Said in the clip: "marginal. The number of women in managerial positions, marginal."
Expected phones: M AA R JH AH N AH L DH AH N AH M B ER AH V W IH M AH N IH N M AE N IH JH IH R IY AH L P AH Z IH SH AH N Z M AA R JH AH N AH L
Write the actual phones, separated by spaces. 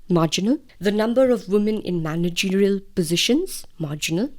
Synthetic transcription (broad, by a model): M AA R JH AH N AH L DH AH N AH M B ER AH V W IH M AH N IH N M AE N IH JH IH R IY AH L P AH Z IH SH AH N Z M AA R JH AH N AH L